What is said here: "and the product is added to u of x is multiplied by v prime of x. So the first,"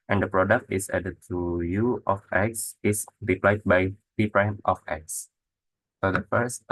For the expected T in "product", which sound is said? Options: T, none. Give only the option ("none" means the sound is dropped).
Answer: T